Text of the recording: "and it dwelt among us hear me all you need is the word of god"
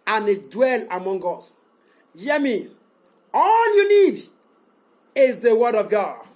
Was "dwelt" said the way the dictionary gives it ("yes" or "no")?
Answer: no